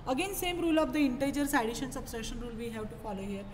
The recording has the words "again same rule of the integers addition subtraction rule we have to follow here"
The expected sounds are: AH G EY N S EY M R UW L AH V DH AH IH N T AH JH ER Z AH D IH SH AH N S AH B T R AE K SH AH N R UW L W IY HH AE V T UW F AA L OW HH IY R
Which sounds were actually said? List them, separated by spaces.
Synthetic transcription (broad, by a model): AH G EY N S EY M R UW L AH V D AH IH N T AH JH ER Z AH D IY SH AH N S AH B S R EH SH AH N R UW L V IY HH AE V T UW F AA L OW HH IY R